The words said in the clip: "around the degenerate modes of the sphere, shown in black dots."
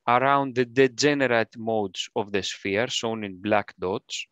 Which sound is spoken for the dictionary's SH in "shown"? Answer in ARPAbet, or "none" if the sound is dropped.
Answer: S